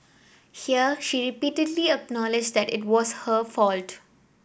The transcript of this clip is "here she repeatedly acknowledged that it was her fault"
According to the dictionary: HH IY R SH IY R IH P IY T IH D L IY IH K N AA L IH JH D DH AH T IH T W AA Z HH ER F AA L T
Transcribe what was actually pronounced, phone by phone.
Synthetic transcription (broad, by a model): HH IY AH SH IY R IH P IY T IH D L IY IH K N AA L IH JH D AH T IH T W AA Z HH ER F AA L T